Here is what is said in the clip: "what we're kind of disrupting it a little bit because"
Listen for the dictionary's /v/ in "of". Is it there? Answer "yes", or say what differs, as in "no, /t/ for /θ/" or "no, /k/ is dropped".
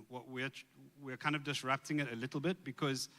yes